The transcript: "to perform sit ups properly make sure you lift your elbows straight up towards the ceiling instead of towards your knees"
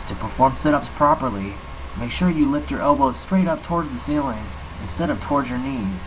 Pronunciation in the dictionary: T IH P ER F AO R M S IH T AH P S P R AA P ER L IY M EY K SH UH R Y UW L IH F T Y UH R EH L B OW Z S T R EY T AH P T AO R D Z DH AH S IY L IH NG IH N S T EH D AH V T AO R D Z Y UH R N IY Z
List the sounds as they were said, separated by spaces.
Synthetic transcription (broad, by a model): T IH P ER F AO R M S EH T AH P S P R AA P ER L IY M EY K SH UH R Y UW L IH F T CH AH R EH L B OW Z S T R EY T AH P T AO R D Z DH AH S IY L IH NG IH N S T EH D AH P T AO R D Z Y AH R N IY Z